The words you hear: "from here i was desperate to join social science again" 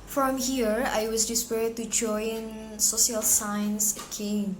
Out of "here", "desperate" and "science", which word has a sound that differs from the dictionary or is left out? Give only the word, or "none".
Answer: desperate